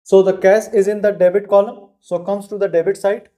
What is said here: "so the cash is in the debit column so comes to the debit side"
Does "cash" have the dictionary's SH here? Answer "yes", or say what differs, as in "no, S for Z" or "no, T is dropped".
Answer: no, S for SH